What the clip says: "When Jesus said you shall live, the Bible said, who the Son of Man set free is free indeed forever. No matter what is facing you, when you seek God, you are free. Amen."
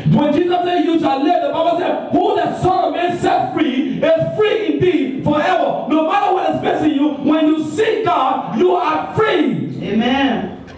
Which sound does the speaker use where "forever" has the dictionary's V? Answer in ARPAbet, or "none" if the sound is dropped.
V